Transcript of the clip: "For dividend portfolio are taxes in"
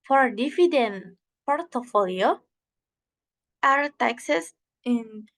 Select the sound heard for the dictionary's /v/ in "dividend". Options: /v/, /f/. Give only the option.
/f/